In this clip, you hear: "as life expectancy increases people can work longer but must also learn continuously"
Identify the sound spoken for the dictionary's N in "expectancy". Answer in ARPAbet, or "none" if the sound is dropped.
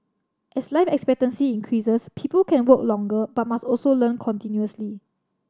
N